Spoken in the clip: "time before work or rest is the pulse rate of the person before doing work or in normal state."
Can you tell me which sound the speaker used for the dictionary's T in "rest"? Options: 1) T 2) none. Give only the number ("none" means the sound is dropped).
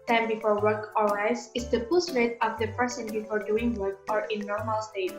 2